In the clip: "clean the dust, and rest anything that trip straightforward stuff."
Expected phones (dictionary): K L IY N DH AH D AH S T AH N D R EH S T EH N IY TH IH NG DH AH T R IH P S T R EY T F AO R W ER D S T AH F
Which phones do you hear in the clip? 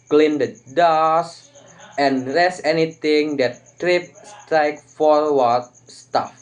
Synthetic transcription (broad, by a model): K L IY N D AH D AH S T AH N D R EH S EH N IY T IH NG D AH T R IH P S T R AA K F AO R W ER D S T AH F